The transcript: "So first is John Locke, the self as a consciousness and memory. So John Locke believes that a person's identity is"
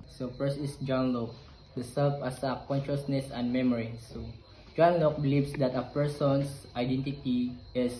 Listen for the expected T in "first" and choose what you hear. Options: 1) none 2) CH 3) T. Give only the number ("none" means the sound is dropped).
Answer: 1